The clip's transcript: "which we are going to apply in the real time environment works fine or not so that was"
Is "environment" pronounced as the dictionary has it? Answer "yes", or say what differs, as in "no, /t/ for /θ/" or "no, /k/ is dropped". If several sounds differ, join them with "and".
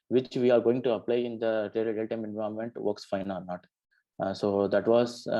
no, /ɹ/ is dropped